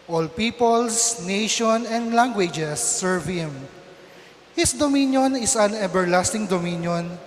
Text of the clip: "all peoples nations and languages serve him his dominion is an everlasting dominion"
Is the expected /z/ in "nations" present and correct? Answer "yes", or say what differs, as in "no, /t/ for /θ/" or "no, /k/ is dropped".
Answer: no, /z/ is dropped